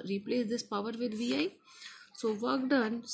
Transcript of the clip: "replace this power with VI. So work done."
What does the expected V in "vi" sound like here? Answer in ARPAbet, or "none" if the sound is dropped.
V